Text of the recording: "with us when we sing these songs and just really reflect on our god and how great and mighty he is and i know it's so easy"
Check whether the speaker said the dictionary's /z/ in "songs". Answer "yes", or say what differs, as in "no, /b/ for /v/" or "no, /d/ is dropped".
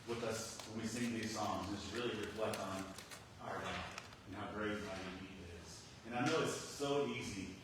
yes